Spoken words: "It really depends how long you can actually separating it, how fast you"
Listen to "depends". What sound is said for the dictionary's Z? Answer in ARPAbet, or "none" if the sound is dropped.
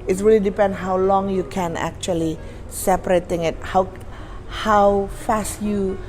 none